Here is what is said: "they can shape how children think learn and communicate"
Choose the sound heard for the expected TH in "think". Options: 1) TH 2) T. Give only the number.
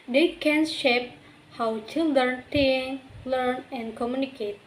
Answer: 2